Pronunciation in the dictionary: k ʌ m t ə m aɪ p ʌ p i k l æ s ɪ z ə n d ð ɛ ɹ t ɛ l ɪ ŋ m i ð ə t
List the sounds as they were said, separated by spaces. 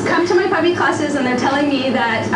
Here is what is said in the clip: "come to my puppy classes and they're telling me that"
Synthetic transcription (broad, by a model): k ʌ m t ə m aɪ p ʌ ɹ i k l æ s ɪ z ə n ð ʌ ɹ t ɛ l ɪ ŋ m i ð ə t